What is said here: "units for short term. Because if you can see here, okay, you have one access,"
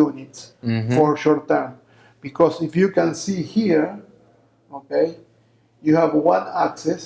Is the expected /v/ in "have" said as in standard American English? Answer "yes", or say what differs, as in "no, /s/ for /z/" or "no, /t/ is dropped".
yes